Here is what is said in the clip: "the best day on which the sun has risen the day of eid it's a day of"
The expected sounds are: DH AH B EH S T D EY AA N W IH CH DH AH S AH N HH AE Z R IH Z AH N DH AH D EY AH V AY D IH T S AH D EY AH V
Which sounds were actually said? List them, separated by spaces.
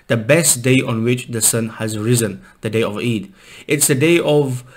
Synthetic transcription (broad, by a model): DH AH B EH S T D EY AA N W IH CH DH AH S AH N HH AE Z R IH Z AH N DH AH D EY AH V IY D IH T S AH D EY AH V